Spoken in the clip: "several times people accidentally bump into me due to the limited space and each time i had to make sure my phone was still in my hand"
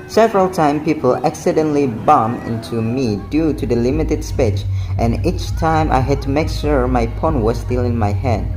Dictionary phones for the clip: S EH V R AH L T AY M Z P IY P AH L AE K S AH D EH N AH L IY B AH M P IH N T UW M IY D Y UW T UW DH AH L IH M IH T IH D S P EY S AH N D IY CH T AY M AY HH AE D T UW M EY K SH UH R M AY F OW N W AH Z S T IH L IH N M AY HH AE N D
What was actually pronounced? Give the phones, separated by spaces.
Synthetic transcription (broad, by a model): S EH V R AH L T AY M P IY P AH L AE K S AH D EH N L IY B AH M IH N T UW M IY D Y UW T UW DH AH L IH M IH T IH D S P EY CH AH N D IY CH T AY M AY HH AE D T UW M EY K SH UH R M AY P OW N W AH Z S T IH L IH N M AY HH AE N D